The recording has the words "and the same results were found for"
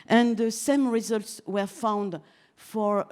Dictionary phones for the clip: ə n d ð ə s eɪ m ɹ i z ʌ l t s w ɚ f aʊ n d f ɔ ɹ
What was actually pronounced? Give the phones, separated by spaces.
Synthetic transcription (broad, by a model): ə n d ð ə s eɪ m ɹ i z ʌ l t s w ɚ f aʊ n d f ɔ ɹ